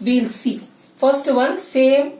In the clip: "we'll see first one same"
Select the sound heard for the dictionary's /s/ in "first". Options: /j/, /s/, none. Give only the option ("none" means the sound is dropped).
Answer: /s/